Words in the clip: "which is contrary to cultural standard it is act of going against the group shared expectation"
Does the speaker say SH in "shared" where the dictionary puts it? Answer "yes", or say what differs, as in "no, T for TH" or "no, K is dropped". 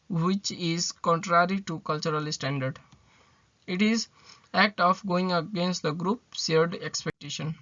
no, S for SH